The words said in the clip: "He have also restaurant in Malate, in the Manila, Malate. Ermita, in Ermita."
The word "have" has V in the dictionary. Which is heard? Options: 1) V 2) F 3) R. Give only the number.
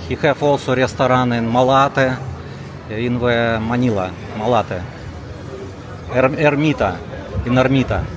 2